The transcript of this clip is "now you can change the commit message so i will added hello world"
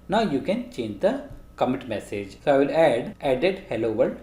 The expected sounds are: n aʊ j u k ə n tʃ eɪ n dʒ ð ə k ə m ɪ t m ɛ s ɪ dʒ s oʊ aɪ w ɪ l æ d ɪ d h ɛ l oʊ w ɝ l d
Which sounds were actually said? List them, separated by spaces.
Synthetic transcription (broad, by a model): n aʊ j u k ə n tʃ eɪ n dʒ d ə k ə m ɪ t m ɛ s ɪ dʒ s oʊ aɪ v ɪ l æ d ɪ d h ɛ l oʊ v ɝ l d